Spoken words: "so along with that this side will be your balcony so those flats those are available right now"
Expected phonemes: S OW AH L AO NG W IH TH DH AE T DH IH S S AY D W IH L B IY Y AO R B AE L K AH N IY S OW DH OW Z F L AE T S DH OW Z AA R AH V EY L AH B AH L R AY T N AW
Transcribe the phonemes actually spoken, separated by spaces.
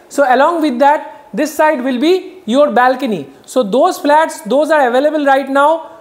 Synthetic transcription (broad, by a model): S OW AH L AO NG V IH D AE T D IH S S AY D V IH L B IY Y AO R B AE L K AH N IY S OW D OW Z F L AE T S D OW Z AA R AH V EY L AH B AH L R AY T N AW